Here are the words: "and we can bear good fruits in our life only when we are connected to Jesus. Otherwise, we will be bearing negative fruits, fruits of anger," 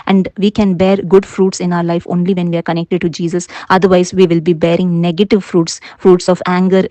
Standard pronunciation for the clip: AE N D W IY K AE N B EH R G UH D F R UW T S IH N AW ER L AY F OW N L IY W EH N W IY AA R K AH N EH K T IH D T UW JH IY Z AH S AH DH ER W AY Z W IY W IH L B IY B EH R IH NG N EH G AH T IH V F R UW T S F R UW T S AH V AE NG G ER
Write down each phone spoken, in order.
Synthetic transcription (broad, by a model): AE N D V IY K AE N B EH R G UH D F R UW T S IH N AW ER L AY F OW N L IY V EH N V IY AA R K AH N EH K T IH D T UW JH IY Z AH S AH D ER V AY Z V IY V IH L B IY B EH R IH NG N EH G AH T IH V F R UW T S F R UW T S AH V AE NG G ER